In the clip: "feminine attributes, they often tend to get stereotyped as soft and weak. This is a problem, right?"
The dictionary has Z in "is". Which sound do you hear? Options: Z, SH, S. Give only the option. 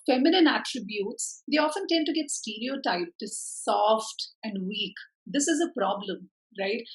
Z